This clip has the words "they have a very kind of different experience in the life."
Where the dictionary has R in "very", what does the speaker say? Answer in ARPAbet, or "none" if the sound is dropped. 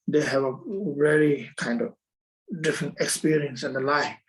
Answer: L